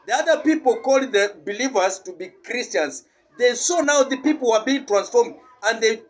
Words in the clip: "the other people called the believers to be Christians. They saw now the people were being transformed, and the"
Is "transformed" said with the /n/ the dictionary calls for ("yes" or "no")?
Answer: yes